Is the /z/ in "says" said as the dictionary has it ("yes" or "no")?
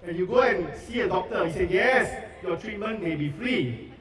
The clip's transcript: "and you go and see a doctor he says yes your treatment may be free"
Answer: no